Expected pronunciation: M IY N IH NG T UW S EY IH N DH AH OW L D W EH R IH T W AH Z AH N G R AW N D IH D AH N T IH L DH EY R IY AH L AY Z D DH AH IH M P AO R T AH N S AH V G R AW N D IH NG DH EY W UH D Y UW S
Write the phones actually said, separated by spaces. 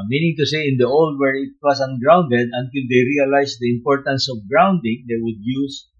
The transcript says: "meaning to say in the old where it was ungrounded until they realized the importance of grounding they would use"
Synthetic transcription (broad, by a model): M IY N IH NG T UW S EY IH N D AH OW L D W EH R IH T W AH S AH N G R AW N D IH D AH N T IH L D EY R IY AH L AY S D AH IH M P AO R T AH N S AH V G R AW N D IH NG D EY W UH D Y UW S